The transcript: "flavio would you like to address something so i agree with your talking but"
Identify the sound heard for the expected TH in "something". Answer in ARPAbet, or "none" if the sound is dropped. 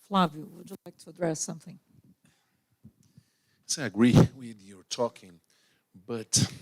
TH